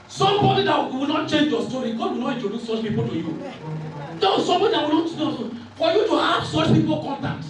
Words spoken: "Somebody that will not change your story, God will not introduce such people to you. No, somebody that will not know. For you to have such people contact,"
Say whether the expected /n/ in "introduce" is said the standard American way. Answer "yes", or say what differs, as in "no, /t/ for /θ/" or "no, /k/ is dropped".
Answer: no, /n/ is dropped